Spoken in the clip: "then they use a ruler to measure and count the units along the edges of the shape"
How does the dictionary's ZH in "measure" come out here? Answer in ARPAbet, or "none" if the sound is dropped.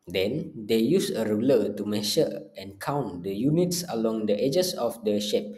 SH